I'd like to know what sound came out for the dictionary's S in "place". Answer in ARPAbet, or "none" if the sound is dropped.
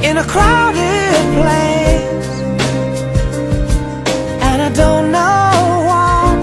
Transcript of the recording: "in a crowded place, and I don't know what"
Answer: none